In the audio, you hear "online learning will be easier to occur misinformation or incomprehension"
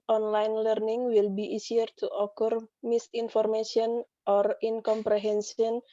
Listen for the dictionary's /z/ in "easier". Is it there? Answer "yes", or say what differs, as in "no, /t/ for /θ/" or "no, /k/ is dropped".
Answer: no, /s/ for /z/